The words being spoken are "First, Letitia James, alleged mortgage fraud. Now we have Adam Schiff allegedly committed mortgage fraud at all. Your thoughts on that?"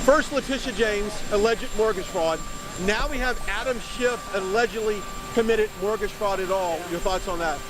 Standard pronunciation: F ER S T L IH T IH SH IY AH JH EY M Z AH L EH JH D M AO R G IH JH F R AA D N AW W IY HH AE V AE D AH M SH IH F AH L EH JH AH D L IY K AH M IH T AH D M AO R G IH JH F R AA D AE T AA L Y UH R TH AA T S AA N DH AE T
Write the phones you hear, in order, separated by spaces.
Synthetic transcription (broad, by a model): F ER S T L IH T IH SH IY JH EY M Z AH L EH JH D M AO R G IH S R AA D N AW W IY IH V AE D AH M SH IH F AH L EH JH AH D L IY K AH M IH T AH D M AO R G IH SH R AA D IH T AA L Y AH R TH AA T S N DH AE T